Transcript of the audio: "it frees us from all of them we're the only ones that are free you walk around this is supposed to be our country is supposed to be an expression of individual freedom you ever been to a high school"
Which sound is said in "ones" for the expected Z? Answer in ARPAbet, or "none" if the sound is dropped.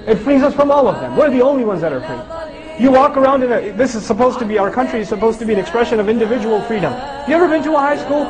Z